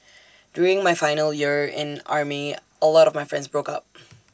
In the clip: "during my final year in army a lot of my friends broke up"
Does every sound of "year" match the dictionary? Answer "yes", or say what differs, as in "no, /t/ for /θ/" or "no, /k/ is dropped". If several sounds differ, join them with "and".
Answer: yes